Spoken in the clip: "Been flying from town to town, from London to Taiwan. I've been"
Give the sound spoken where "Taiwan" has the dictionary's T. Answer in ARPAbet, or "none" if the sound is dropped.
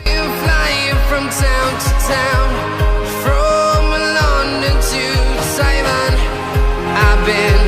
S